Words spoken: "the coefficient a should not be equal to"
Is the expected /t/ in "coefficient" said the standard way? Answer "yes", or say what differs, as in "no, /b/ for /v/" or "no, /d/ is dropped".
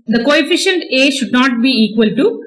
yes